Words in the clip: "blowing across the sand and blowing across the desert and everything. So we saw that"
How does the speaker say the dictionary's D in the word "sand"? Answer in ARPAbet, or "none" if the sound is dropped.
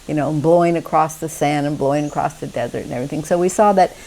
none